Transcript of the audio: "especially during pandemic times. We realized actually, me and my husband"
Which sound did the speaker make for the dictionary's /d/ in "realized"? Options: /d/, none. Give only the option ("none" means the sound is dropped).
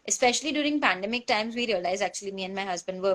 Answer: none